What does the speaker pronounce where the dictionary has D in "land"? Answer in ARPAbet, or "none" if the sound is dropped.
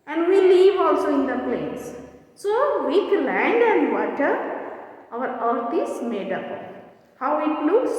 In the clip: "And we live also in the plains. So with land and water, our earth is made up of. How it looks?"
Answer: D